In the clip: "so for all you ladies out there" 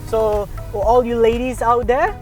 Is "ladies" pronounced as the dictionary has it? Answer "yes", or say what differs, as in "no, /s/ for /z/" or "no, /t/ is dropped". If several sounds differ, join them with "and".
yes